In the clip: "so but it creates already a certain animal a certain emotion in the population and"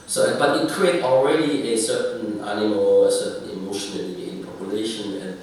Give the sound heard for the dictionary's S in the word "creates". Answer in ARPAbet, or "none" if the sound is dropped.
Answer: none